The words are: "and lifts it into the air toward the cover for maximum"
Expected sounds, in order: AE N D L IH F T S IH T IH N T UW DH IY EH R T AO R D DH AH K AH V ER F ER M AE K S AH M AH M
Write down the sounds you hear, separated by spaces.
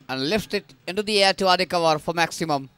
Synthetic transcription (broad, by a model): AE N D L IH F T IH T IH N T UW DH IY EH R T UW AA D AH K AH V ER F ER M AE K S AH M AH M